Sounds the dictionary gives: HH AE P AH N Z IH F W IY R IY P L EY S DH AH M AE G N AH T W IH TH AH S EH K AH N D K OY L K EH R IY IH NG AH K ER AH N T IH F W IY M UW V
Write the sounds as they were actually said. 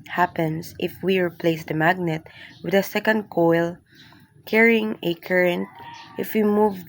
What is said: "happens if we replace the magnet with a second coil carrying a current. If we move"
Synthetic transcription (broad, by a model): HH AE P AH N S IH F W IY R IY P L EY S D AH M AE G N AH T W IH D AH S EH K AH N D K OY L K EH R IY IH NG AH K ER AH N T IH F W IY M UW V